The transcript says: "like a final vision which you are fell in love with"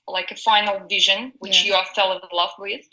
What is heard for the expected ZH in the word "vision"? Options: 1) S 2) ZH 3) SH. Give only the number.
2